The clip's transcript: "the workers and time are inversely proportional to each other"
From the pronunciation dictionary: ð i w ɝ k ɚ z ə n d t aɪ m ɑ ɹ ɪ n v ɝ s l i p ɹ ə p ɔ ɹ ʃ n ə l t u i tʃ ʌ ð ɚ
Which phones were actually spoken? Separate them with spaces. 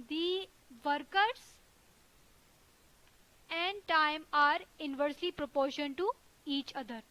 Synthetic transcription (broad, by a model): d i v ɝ k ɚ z ə n d t aɪ m ɑ ɹ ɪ n v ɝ s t i p ɹ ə p ɔ ɹ ʃ ə n t u i tʃ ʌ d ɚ